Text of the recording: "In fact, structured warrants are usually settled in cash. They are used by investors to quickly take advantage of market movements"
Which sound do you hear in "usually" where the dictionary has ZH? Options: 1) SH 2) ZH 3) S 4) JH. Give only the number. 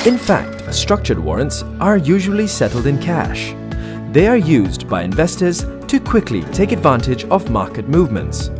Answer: 2